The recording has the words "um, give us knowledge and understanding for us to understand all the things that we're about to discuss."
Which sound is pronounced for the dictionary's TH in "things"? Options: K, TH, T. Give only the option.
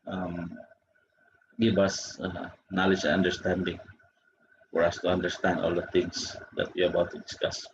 T